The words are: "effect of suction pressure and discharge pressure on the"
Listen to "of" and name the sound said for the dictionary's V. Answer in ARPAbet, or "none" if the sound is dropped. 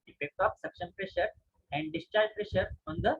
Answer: P